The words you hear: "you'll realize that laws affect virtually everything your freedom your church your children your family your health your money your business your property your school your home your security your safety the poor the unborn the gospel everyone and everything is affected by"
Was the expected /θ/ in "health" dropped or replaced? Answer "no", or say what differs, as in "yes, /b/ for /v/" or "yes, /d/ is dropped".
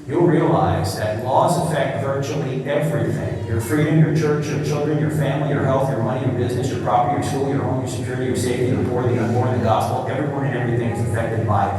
no